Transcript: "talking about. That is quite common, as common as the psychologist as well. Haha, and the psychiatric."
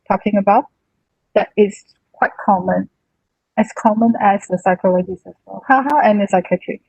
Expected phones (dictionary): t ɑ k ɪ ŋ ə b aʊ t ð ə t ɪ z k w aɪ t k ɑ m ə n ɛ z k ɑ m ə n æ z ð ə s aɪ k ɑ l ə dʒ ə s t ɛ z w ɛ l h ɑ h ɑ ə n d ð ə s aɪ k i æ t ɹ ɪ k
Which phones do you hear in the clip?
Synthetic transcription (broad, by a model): t ɑ k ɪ ŋ ə b aʊ t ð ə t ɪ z k w aɪ t k ɑ m ə n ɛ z k ɑ m ə n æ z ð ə s aɪ k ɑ l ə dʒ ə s ɛ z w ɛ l h ɑ h ɑ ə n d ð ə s aɪ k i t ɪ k